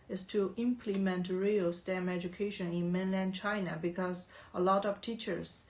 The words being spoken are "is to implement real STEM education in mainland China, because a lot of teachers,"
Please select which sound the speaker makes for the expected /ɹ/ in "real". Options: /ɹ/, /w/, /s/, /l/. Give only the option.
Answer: /ɹ/